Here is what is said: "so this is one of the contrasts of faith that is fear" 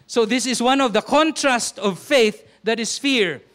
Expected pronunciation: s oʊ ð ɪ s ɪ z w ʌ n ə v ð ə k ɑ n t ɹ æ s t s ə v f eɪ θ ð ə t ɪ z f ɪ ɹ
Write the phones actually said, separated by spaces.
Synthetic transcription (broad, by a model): s oʊ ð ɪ s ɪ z w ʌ n ə v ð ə k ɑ n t ɹ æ s t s ə v f eɪ θ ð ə t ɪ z f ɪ ɹ